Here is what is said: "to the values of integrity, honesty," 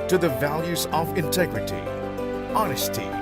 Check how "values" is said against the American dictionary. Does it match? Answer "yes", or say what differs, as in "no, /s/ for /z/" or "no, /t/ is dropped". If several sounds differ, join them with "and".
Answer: yes